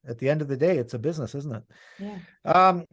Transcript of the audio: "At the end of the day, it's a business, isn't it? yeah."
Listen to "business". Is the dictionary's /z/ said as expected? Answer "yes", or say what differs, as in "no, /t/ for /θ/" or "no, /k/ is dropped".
yes